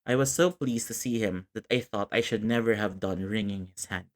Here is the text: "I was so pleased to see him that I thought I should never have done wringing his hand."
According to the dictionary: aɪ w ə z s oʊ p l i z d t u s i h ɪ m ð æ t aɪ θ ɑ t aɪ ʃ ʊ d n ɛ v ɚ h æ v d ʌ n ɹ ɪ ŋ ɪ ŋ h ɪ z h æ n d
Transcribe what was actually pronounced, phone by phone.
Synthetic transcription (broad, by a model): aɪ w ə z s oʊ p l i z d t u s i h ɪ m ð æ t aɪ θ ɑ t aɪ ʃ ʊ d n ɛ v ɚ h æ v d ʌ n ɹ ɪ ŋ ɪ ŋ h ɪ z h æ n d